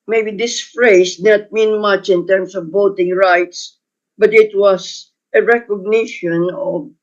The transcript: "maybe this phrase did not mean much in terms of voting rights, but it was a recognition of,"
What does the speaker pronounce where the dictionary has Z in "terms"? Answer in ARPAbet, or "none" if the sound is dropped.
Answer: S